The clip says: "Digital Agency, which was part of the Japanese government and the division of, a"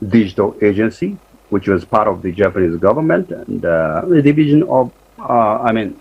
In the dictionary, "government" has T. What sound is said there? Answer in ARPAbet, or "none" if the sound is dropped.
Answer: T